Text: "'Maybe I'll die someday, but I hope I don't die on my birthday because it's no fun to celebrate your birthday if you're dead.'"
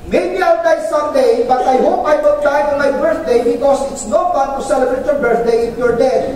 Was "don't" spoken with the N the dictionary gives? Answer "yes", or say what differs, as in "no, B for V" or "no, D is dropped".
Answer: no, L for N